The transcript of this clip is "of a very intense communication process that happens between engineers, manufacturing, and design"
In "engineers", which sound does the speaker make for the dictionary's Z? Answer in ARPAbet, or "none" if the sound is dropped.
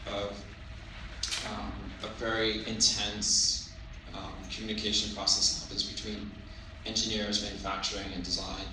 Z